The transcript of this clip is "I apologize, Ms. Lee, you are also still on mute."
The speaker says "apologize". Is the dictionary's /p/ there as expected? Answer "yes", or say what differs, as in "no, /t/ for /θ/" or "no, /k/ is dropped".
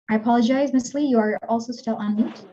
yes